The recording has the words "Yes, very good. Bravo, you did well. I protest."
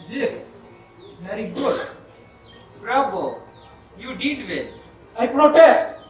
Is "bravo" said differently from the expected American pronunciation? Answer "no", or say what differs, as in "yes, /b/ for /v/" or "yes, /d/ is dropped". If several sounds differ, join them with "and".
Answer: yes, /b/ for /v/